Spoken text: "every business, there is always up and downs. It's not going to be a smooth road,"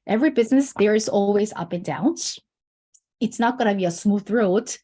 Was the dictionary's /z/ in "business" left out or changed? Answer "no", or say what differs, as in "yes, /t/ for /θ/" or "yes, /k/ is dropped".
no